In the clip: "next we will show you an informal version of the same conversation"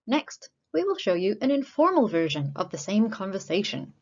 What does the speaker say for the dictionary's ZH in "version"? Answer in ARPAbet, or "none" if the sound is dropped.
ZH